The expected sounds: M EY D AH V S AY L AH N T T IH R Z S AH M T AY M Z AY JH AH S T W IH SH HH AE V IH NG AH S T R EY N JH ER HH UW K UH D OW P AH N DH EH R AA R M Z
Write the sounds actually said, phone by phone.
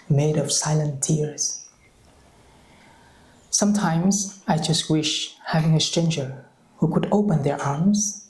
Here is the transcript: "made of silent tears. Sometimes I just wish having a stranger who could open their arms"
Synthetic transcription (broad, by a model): M EY D AH V S AY L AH N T T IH R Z S AH M T AY M Z AY JH AH S T W IH SH HH AE V IH NG AH S T R EY N JH ER HH UW K UH D OW P AH N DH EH R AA R M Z